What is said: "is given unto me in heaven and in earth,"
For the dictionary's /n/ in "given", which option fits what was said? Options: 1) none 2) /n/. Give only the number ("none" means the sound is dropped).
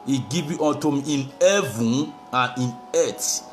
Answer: 1